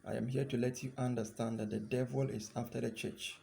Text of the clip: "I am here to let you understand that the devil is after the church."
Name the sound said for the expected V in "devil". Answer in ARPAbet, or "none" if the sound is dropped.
V